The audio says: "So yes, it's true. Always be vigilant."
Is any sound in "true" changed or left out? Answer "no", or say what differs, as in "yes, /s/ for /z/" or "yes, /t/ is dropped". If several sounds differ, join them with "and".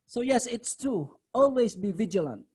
yes, /ɹ/ is dropped